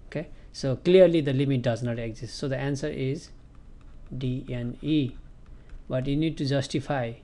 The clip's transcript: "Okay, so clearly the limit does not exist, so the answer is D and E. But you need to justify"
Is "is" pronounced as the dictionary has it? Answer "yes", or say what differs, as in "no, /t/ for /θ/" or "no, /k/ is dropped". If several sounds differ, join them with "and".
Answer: yes